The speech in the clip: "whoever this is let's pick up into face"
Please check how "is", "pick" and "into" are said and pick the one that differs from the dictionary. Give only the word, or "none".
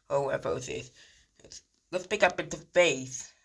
is